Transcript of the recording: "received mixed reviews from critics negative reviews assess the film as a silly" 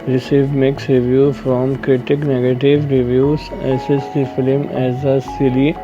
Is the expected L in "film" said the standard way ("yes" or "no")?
yes